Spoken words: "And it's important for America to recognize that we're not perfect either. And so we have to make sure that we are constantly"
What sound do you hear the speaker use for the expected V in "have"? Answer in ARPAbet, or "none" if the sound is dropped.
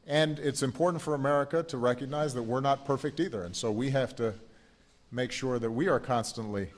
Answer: F